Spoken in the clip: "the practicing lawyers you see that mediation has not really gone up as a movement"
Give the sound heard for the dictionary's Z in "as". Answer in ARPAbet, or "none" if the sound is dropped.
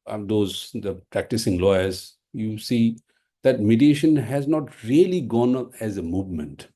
Z